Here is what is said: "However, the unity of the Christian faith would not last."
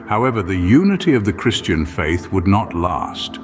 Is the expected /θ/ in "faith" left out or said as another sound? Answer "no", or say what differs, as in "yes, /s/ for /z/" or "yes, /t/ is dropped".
no